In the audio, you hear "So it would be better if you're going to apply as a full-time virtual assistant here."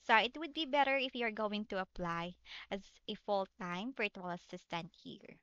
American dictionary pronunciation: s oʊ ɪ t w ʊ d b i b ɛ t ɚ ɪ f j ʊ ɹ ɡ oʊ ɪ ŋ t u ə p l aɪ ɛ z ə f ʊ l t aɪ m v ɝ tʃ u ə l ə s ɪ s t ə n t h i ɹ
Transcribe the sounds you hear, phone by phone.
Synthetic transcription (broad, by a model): s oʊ ɪ t w ʊ d b i b ɛ t ɚ ɪ f j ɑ ɹ ɡ oʊ ɪ ŋ t u ə p l aɪ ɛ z ə f ʊ l t aɪ m f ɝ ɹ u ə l ə s ɪ s t ə n t h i ɹ